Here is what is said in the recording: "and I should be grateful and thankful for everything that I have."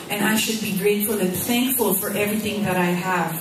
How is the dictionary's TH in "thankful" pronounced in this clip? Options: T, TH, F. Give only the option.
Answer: TH